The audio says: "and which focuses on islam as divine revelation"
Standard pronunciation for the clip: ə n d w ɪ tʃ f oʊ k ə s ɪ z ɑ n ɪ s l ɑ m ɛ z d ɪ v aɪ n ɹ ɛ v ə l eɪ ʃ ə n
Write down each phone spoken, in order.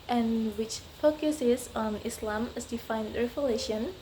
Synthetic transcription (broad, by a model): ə n w ɪ tʃ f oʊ k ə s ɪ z ɑ n ɪ s l ɑ m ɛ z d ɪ f aɪ n ɹ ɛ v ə l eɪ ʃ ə n